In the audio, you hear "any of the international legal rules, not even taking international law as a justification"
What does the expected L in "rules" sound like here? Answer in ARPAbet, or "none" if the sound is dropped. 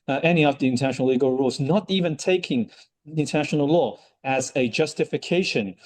L